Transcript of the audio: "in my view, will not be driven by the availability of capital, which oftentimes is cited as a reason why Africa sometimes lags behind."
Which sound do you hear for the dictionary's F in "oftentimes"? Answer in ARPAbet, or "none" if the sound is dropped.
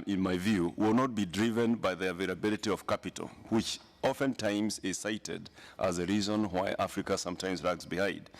F